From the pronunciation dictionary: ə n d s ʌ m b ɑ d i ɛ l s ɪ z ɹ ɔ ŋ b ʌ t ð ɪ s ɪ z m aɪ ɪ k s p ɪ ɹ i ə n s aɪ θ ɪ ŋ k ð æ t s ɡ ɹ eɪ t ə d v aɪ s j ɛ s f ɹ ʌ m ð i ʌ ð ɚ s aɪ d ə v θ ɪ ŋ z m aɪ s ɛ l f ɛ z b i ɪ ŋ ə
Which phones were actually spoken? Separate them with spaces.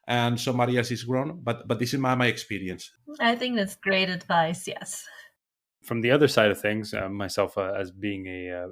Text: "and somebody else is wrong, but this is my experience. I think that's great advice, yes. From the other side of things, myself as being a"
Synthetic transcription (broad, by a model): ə n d s ʌ m b ɑ d i ɛ l s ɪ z ɹ ɔ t b ʌ t ð ɪ s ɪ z m aɪ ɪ k s p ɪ ɹ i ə n s aɪ θ ɪ ŋ k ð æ t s ɡ ɹ eɪ t ə d v aɪ s j ɛ s f ɹ ʌ m ð i ʌ ð ɚ s aɪ d ə v θ ɪ ŋ z m aɪ s ɛ l f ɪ z b i ɪ ŋ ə